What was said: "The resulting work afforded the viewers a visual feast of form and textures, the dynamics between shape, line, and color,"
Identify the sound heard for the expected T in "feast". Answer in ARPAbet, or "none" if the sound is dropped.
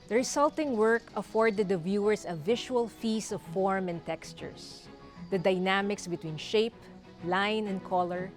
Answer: none